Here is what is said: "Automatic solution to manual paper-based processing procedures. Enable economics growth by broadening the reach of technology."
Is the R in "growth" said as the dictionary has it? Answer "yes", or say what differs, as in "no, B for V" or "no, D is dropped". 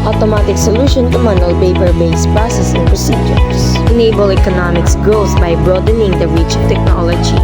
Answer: no, R is dropped